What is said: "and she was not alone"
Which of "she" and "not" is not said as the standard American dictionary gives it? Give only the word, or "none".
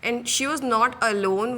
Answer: none